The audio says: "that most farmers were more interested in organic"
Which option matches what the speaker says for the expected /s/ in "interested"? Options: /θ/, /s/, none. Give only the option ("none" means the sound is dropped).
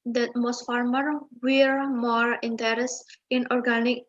none